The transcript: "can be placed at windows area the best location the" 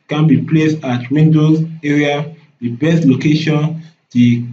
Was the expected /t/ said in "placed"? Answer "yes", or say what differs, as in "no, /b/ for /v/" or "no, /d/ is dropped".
yes